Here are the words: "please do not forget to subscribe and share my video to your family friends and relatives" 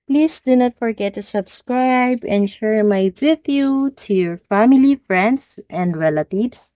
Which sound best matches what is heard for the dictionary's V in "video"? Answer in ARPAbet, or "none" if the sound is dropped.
W